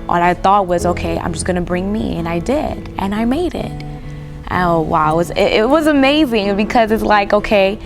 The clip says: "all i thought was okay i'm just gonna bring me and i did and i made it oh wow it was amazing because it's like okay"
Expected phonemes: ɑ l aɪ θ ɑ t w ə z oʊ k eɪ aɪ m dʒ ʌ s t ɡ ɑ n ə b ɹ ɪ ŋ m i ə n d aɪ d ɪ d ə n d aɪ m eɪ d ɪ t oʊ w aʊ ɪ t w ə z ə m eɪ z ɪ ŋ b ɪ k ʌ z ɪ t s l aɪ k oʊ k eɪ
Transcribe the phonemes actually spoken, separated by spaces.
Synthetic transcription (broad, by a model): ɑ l aɪ θ ɑ t w ə z oʊ k eɪ aɪ m dʒ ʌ s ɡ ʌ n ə b ɹ ɪ ŋ m i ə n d aɪ d ɪ d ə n aɪ m eɪ d ɪ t oʊ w aʊ ɪ t w ə z ə m eɪ z ɪ ŋ b ɪ k ʌ z ɪ t s l aɪ k oʊ k eɪ